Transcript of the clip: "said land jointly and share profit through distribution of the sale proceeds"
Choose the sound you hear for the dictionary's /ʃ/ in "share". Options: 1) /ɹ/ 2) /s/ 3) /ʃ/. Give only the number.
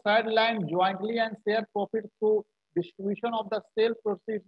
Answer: 2